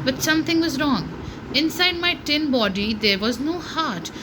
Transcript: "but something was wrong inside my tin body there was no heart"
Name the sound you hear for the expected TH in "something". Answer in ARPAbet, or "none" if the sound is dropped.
T